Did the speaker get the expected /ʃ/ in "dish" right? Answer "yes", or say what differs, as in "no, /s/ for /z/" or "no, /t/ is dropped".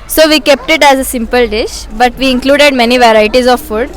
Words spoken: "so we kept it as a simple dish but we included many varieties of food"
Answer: yes